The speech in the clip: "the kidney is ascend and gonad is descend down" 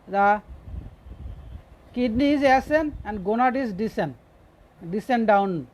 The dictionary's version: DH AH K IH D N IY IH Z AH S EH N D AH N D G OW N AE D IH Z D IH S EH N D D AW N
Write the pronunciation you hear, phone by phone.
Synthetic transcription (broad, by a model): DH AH K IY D N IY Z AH S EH N AH N D G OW N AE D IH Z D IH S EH N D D AW N